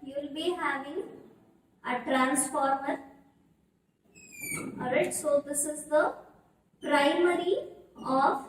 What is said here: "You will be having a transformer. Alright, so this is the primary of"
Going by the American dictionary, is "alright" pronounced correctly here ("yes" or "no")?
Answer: no